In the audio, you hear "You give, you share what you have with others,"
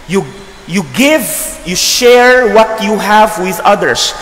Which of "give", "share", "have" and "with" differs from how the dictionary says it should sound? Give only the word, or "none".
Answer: none